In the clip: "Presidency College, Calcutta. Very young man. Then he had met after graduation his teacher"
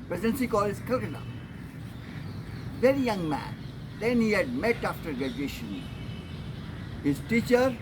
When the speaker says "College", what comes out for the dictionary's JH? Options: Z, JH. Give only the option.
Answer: Z